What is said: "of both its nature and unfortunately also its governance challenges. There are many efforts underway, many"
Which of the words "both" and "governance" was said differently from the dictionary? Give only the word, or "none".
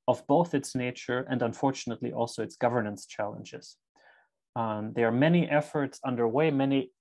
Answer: none